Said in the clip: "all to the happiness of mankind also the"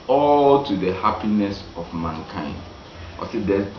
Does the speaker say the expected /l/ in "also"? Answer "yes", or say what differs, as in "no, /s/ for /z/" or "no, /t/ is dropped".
no, /l/ is dropped